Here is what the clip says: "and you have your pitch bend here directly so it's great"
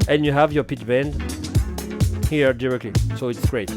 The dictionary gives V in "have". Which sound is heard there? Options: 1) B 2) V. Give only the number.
2